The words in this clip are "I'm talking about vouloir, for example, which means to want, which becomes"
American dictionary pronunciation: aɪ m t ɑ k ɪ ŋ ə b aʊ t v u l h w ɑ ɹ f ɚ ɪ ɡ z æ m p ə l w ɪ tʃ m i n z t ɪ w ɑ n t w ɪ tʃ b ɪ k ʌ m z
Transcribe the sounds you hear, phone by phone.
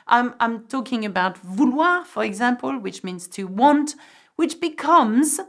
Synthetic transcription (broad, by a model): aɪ m t ɑ k ɪ ŋ ə b aʊ t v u l w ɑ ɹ f ɚ ɪ ɡ z æ m p ə l w ɪ tʃ m i n z t ɪ w ɑ n t w ɪ tʃ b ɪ k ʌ m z